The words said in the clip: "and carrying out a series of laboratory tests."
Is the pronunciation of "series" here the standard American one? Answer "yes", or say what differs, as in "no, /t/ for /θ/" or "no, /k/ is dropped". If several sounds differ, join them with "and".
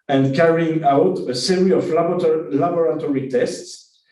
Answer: no, /z/ is dropped